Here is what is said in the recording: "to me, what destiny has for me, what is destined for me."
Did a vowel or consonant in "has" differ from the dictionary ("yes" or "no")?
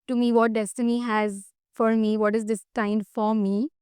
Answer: no